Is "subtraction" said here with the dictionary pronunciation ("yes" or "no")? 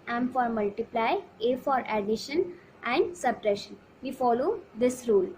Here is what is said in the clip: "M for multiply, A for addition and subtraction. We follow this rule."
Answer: no